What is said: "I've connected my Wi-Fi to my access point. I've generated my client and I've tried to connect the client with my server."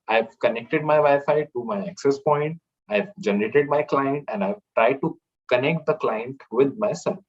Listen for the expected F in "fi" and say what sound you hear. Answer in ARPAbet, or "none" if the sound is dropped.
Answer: F